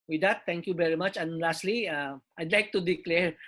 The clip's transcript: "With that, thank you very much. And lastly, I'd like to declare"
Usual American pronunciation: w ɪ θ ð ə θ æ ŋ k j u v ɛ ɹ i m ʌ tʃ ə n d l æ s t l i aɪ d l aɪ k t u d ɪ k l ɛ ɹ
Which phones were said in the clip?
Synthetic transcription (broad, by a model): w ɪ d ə t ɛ ŋ k j u v ɛ ɹ i m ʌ tʃ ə n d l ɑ s t l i aɪ d l aɪ k t u d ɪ k l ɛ ɹ